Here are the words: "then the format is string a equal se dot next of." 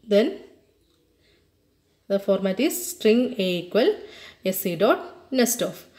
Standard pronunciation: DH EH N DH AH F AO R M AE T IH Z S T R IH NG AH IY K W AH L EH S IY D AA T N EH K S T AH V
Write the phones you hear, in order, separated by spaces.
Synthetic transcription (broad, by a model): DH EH N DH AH F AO R M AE T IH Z S T R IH NG AH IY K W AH L EH S IY D AA T N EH S T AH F